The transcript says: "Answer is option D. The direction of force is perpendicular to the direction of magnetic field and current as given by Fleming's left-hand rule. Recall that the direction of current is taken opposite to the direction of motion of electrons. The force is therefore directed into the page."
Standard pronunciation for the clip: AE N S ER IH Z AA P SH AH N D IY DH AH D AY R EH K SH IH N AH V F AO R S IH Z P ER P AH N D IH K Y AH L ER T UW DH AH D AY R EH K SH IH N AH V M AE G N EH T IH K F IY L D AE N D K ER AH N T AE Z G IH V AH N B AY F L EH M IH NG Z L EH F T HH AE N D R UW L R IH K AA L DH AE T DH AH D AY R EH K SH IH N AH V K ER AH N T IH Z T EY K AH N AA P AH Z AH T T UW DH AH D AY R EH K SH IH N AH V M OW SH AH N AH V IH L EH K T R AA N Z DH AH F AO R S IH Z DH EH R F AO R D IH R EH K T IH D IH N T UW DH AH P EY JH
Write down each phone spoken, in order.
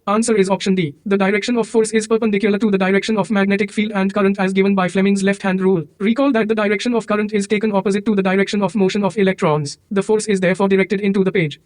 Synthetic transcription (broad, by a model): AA N S ER IH Z AA P SH AH N D IY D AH D AY R EH K SH IH N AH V F AO R S IH Z P ER P AH N D IH K Y AH L ER T UW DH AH D AY R EH K SH IH N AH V M AE G N EH T IH K F IY L D AE N D K ER AH N T AE Z G IH V AH N B AY F L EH M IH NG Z L EH F T HH AE N D R UW L R IH K AA L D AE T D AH D AY R EH K SH IH N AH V K ER AH N T IH Z T EY K AH N AA P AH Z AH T T UW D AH D AY R EH K SH IH N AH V M OW SH AH N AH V IH L EH K T R AA N Z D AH F AO R S IH Z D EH R F AO R D IH R EH K T IH D IH N T UW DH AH P EY JH